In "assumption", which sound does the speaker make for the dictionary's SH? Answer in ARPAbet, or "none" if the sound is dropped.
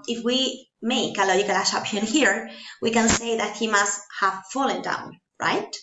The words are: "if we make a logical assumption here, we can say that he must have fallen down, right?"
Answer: none